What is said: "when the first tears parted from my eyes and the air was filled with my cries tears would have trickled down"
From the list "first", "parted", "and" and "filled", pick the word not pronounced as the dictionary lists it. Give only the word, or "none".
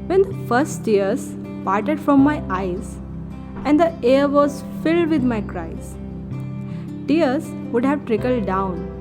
none